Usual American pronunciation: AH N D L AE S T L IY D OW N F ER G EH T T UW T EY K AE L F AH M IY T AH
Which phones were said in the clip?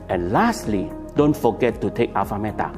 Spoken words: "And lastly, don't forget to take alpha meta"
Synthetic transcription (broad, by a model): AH N L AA S T L IY D OW N F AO G EH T T UW T EY K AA F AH M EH T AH